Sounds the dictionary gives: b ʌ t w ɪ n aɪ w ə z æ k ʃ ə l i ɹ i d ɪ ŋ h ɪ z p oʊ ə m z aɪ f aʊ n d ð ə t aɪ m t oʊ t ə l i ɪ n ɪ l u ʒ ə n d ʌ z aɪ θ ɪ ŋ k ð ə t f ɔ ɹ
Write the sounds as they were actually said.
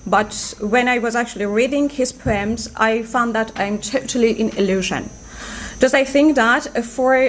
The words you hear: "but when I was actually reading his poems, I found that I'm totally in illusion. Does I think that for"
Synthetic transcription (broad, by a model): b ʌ t w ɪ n aɪ w ə z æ k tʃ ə l i ɹ i d ɪ ŋ h ɪ z p oʊ ə m z aɪ f aʊ n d ð ə t aɪ m t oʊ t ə l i ɪ n ɪ l u ʒ ə n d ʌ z aɪ θ ɪ ŋ k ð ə t f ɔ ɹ